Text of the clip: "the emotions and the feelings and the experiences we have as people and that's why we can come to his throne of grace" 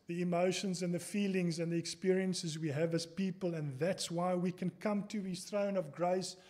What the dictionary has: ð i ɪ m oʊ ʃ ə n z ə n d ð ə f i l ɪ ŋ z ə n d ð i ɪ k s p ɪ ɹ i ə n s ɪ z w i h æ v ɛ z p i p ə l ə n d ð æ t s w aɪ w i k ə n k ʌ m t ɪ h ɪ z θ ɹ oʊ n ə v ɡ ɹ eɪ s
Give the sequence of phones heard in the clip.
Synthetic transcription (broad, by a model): ð i ɪ m oʊ ʃ ə n z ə n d ð ə f i l ɪ ŋ z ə n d ð i ɪ k s p ɪ ɹ i ə n s ɪ z w i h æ v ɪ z p i p ə l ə n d ð æ t s w aɪ w i k ə n k ʌ m t ɪ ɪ θ ɹ oʊ n ə v ɡ ɹ eɪ s